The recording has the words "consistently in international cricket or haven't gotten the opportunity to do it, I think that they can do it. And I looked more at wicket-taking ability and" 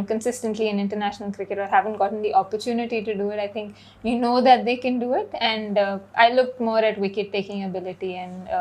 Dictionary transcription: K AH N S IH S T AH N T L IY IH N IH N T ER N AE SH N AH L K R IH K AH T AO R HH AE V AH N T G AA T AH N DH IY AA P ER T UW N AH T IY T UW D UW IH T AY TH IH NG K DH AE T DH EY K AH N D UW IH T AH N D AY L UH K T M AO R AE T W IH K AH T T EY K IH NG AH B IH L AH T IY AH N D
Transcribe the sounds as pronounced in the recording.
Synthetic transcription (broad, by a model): K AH N S IH S T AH N T L IY IH N IH N T ER N AE SH N AH L K R IH K AH T AO R HH AE V AH N T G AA T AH N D IY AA P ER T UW N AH T IY T UW D UW IH T AY T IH NG K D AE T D EY K AH N D UW IH T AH N D AY L UH K T M AO R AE T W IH K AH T T EY K IH NG AH B IH L AH T IY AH N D